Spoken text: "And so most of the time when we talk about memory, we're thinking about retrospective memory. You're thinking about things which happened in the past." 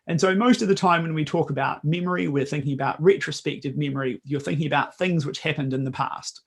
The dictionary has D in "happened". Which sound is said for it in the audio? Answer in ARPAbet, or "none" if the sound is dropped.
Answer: D